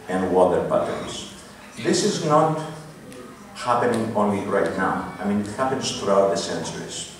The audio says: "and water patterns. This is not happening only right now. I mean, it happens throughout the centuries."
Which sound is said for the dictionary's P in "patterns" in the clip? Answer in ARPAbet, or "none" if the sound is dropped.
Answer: B